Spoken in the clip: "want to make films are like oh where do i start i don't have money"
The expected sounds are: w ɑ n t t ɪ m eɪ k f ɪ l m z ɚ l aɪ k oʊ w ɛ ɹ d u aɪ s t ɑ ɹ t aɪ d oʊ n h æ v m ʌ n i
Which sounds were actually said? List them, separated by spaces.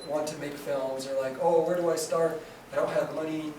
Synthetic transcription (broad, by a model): w ɑ n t t ɪ m eɪ k f ɪ l m z ɚ l aɪ k oʊ w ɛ ɹ d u aɪ s t ɑ ɹ t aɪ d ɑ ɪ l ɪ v m ʌ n i